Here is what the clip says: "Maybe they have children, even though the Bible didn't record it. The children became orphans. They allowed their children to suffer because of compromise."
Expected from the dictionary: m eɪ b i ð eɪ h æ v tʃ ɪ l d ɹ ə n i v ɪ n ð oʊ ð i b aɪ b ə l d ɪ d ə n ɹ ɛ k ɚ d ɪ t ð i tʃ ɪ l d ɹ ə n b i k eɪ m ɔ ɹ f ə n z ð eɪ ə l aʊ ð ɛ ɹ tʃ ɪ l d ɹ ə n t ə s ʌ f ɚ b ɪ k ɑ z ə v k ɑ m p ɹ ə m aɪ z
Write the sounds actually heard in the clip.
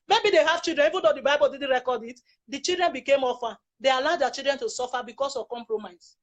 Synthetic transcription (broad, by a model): m eɪ b i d eɪ h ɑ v tʃ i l d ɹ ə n i v ɪ n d oʊ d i b aɪ b ə l d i d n ɹ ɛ k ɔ d ɪ t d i tʃ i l d ɹ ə n b i k eɪ m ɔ f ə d eɪ ə l aʊ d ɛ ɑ tʃ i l d ɹ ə n t ə s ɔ f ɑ b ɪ k ɑ s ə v k ɑ m p ɹ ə m aɪ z